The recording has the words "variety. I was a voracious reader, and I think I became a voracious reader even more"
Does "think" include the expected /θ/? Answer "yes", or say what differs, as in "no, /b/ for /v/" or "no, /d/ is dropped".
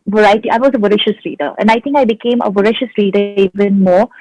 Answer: no, /t/ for /θ/